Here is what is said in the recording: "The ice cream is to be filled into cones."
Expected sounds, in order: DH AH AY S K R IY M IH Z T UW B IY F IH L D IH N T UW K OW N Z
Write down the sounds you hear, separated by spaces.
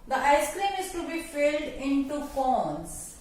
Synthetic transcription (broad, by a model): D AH AY S K R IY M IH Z T UW B IY F IH L D IH N T UW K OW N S